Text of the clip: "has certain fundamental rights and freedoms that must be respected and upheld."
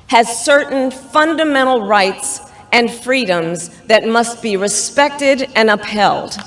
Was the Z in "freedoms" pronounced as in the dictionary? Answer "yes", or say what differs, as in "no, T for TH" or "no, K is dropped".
yes